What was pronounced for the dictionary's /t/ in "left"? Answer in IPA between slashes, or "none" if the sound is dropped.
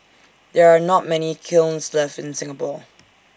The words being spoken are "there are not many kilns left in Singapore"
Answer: none